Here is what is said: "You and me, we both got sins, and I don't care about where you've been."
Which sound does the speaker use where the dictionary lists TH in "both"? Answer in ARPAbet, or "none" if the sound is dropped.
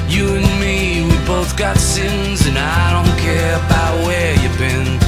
TH